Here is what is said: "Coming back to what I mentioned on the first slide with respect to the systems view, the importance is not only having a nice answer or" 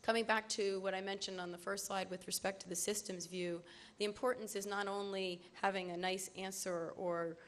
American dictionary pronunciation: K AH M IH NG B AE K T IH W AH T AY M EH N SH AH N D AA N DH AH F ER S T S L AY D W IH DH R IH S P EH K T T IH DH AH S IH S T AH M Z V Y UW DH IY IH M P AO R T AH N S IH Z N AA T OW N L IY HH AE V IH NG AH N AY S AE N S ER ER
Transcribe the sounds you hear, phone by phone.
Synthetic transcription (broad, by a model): K AH M IH NG B AE K T IH W AH T AY M EH N SH AH N D N DH AH F ER S T S AY D W IH DH R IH S P EH K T T IH DH AH S IH S T AH M Z V Y UW DH IY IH M P AO R T N S IH Z N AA T OW N L IY HH AE V IH NG AH N AY S AE N S ER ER